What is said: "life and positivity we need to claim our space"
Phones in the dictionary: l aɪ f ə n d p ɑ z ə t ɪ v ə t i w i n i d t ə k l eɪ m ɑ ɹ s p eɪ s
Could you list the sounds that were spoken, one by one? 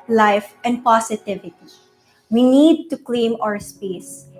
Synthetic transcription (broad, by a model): l aɪ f ə n d p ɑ s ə t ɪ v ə t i w i n i d t ə k l eɪ m ɑ ɹ s p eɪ s